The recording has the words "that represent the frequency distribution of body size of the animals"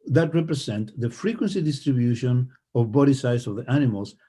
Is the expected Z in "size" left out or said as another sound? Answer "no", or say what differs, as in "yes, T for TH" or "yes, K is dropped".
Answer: yes, S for Z